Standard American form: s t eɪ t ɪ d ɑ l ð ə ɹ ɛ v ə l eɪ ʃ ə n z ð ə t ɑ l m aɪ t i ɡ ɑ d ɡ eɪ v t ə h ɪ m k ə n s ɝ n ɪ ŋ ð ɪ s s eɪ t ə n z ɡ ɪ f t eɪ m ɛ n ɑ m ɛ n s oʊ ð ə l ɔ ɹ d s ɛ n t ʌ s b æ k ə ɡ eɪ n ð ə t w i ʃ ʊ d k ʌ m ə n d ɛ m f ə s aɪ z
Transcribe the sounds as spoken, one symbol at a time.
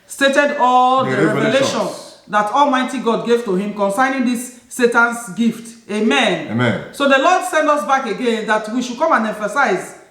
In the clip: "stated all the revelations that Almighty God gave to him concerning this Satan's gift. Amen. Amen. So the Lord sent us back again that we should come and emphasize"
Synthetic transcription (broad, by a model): s t eɪ t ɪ d ɑ l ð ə ɹ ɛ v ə l eɪ ʃ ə n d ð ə t ɑ l m aɪ t i ɡ ɑ d ɡ eɪ v t ə h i m k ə n s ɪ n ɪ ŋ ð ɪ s s eɪ t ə n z ɡ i f t eɪ m ɛ n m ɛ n s oʊ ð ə l ɔ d s ɛ n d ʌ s b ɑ k ə ɡ eɪ n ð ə t w i ʃ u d k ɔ m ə n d ɛ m f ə s aɪ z